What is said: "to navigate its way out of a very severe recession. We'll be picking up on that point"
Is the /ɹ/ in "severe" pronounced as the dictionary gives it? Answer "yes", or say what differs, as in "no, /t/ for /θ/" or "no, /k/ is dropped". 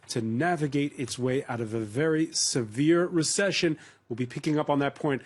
yes